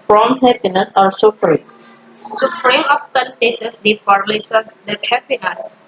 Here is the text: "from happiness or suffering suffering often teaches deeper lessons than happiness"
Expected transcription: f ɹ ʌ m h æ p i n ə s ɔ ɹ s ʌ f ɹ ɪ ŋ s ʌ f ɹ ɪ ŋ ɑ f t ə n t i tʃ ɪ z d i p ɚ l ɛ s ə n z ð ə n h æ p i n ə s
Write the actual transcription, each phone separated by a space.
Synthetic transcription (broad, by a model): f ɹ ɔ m h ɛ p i n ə s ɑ ɹ s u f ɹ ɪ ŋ s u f ɹ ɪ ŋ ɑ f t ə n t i s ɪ s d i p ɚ l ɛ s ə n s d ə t h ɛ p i n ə s